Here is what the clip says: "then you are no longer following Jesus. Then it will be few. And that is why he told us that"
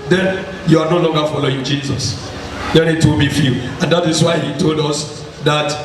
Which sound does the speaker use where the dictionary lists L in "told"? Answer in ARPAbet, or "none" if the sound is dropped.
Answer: L